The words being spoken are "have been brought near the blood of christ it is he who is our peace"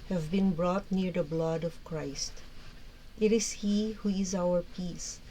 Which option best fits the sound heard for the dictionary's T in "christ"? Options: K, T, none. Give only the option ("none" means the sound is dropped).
T